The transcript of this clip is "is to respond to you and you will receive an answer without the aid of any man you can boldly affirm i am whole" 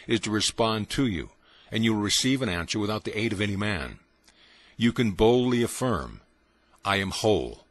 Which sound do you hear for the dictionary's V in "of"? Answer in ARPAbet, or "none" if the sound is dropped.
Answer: V